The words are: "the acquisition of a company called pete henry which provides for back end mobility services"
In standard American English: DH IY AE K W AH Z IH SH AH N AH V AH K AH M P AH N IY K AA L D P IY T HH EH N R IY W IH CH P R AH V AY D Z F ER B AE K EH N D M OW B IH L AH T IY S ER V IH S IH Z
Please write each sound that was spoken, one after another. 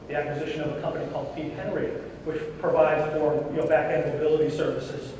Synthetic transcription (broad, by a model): DH IY AE K W AH Z IH SH AH N AH V AH K AH M P AH N IY K AA L D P IY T HH EH N R IY W IH CH P R AH V AY D Z F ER B AE K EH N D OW B IH L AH T IY S ER V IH S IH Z